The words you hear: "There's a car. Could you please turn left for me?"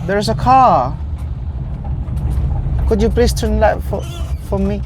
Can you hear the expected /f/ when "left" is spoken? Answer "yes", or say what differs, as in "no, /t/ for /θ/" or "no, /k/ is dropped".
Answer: no, /f/ is dropped